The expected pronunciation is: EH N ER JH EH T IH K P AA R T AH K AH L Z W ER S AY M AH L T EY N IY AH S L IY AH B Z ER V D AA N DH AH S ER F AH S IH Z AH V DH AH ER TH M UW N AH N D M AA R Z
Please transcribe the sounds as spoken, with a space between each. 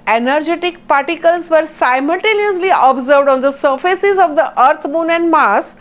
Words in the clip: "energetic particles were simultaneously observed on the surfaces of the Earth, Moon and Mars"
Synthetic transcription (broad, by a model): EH N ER JH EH T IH K P AA R T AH K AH L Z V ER S AY M AH L T EY N IY AH S L IY AH B Z ER V D AA N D AH S ER F AH S IH Z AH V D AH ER T M UW N AH N D M AA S